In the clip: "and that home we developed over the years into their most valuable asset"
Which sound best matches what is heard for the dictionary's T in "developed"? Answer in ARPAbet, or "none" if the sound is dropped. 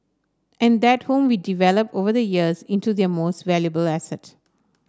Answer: none